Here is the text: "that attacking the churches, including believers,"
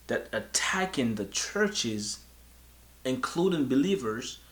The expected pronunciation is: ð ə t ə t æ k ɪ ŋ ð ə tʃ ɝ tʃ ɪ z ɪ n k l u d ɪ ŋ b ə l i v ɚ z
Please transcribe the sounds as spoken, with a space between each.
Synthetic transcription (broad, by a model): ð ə t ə t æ k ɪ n ð ə tʃ ɝ tʃ ɪ z ɪ n k l u d ɪ ŋ b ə l i v ɚ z